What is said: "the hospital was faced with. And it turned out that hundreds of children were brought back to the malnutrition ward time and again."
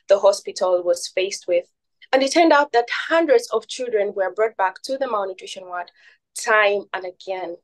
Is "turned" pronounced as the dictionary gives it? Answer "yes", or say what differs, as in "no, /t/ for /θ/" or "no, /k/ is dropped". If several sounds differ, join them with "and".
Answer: yes